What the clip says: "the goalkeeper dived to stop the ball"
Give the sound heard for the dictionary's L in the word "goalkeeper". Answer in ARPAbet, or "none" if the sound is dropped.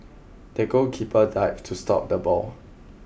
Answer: none